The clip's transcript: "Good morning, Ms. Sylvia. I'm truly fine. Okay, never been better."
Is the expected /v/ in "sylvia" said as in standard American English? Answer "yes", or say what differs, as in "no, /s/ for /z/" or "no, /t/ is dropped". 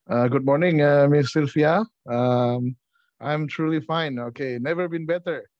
no, /f/ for /v/